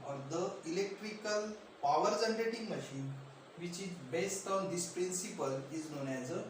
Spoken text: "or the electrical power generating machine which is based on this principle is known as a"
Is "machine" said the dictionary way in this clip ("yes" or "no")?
yes